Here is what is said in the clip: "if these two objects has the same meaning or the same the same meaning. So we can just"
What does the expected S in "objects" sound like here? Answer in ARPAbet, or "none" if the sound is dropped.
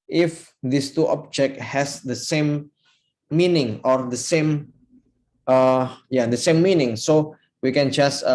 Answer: none